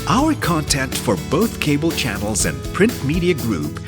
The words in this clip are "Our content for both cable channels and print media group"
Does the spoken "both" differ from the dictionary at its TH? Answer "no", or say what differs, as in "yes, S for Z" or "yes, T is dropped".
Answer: no